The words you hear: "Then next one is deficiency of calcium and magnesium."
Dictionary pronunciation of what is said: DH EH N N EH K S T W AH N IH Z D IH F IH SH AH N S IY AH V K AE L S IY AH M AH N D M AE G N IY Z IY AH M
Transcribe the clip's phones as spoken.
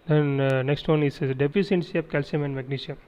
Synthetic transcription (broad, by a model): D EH N N EH K S T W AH N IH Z D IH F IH S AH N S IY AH P K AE L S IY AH M AH N D M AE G N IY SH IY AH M